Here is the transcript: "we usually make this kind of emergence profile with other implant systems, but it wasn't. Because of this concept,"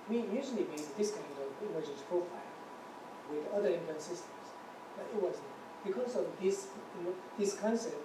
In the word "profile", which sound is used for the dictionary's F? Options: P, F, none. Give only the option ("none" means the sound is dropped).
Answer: F